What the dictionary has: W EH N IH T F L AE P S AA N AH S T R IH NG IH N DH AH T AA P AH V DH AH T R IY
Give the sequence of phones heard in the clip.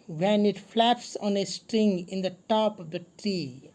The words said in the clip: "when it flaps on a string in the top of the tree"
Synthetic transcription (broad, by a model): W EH N IH T F L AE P S AA N AH S T R IH NG IH N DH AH T AA P AH V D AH T R IY